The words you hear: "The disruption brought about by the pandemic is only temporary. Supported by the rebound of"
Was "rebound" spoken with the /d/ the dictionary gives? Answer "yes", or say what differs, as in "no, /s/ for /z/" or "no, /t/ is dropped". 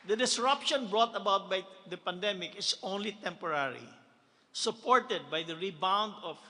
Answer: yes